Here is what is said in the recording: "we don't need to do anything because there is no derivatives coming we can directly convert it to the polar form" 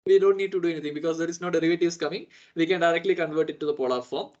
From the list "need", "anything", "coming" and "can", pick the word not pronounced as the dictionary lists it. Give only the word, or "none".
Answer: anything